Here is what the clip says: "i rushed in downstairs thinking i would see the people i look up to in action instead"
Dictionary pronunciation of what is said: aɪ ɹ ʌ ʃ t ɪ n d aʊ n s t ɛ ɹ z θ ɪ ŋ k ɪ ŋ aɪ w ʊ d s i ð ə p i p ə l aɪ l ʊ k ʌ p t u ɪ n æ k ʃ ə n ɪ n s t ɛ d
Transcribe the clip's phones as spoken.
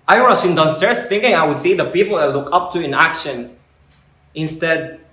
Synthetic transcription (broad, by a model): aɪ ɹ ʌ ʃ ɪ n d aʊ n s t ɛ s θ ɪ ŋ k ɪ ŋ aɪ w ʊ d s i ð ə p i p ə l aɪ l ʊ k ʌ p t u ɪ n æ k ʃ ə n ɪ n s t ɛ d